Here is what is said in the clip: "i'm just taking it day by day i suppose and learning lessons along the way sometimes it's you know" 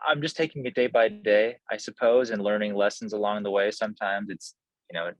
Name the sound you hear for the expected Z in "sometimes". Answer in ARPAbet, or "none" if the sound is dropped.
Z